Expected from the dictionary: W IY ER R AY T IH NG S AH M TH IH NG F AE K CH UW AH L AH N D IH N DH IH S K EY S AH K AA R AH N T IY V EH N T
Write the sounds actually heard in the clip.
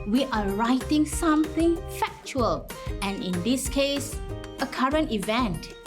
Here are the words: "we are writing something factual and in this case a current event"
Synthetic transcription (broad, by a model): W IY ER R AY T IH NG S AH M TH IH NG F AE K CH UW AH L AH N IH N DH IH S K EY S AH K AA R AH N T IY V EH N T